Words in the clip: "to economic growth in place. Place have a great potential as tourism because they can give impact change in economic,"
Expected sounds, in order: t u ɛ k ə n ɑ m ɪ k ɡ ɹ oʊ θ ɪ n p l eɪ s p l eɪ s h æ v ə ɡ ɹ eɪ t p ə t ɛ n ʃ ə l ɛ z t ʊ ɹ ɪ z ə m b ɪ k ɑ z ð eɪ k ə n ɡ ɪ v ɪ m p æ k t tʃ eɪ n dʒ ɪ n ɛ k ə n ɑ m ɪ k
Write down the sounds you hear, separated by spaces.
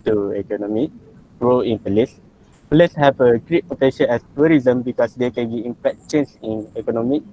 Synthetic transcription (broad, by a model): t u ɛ k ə n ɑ m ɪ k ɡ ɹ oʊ ɪ n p l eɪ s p l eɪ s h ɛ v ə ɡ ɹ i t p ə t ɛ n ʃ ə n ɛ s t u ɹ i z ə m b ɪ k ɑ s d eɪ k ə n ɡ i ɪ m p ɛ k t tʃ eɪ n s ɪ n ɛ k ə n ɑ m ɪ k